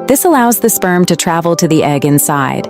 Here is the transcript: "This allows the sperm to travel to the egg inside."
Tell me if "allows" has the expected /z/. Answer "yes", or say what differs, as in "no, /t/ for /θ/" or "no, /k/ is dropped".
yes